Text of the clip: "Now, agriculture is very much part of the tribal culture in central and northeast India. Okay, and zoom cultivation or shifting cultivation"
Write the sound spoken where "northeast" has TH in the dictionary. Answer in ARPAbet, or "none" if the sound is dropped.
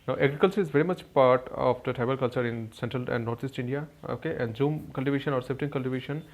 T